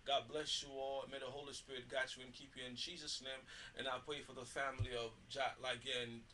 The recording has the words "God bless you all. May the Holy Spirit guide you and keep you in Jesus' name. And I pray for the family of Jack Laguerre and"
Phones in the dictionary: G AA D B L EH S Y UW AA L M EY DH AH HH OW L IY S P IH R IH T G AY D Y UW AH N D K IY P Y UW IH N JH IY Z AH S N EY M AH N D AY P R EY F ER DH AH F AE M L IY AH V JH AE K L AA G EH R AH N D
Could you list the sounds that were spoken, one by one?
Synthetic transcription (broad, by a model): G AA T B L EH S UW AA L M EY DH AH HH OW L IY S P IH R IH T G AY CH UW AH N K IY P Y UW IH N JH IY Z AH S N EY M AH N AY P R EY F ER DH AH F AE M L IY AH V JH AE L AA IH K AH N